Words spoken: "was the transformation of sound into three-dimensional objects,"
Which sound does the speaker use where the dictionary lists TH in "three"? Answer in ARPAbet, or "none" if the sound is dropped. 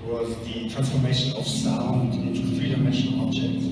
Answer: F